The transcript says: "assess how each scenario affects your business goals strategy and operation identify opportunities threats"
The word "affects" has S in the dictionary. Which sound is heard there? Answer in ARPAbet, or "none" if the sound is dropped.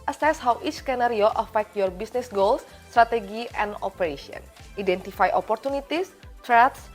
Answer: none